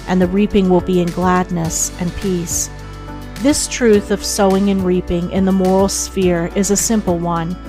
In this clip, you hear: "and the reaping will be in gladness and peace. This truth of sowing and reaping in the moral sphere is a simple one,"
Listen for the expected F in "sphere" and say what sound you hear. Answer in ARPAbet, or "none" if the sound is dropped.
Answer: F